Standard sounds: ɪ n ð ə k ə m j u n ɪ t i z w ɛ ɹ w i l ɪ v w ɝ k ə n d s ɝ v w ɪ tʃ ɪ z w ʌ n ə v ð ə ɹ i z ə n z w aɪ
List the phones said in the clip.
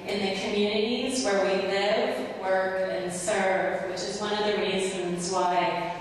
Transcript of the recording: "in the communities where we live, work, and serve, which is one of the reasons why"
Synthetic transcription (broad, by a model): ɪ n ð ə k ə m j u n ɪ t i z w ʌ ɹ w i l ɪ v w ɝ k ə n s ɝ v w ɪ tʃ ɪ z w ʌ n ə v ð ə ɹ i z ə n z w aɪ